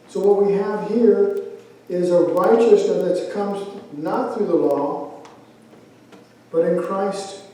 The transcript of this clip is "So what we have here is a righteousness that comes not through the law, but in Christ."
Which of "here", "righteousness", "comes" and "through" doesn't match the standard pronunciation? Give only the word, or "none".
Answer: righteousness